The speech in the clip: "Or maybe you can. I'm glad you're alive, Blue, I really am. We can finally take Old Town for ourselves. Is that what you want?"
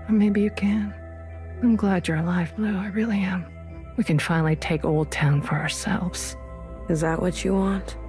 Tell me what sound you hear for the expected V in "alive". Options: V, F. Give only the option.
F